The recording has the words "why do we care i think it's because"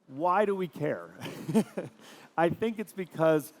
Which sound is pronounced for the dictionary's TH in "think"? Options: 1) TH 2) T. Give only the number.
1